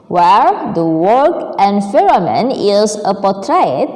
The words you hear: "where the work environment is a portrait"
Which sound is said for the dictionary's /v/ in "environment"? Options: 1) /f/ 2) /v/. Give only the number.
1